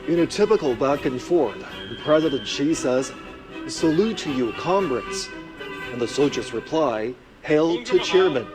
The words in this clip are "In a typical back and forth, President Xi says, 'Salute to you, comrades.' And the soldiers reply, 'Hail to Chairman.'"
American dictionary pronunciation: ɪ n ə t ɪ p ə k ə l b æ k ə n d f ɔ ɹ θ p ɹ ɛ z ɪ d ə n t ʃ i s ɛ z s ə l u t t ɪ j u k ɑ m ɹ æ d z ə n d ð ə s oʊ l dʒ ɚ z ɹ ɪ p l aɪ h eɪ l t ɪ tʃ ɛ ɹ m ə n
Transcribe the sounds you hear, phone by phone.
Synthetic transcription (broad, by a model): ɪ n ə t ɪ p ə k l b æ k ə n f ɔ ɹ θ p ɹ ɛ z ɪ d ə n t ʃ i s ɛ z s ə l u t t ɪ j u k ɑ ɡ ɹ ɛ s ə n ð ə s oʊ dʒ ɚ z ɹ ɪ p l aɪ h eɪ l t ɪ tʃ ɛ ɹ m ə n